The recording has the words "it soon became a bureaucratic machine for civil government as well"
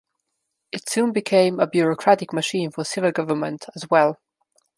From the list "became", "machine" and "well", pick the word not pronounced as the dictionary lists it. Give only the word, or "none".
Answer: none